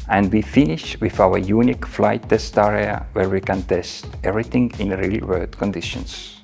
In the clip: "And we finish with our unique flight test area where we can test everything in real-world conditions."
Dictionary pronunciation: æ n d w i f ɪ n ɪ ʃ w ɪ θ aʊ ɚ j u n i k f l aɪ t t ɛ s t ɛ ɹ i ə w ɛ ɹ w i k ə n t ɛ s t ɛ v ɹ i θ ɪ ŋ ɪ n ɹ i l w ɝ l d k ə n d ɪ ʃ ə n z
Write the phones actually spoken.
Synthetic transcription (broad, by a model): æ n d w i f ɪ n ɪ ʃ w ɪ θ aʊ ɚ j u n i k f l aɪ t t ɛ s t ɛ ɹ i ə w ɛ ɹ w i k ə n t ɛ s t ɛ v ɹ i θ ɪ ŋ ɪ n ɹ i l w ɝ d k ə n d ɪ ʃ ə n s